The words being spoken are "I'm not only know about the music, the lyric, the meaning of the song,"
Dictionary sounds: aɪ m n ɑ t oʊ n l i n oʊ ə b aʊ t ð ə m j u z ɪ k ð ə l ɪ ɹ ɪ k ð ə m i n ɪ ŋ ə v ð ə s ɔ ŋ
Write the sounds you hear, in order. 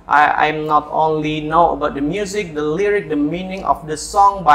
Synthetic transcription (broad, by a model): aɪ m n ɑ t oʊ n l i n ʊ ə b aʊ t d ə m j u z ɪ k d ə l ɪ ɹ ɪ k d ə m i n ɪ ŋ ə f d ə s ɔ ŋ